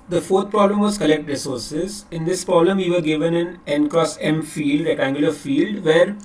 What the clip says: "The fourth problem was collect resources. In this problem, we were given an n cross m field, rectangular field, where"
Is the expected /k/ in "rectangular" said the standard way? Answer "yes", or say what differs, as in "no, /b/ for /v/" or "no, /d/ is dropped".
no, /k/ is dropped